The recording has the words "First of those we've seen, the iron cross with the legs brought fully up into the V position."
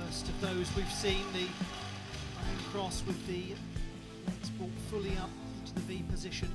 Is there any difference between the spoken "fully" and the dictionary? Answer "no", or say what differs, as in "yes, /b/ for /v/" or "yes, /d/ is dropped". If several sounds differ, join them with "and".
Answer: no